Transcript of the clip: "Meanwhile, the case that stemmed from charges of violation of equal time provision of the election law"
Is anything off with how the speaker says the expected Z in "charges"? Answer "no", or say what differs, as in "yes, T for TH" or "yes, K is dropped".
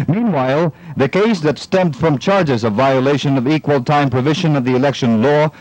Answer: no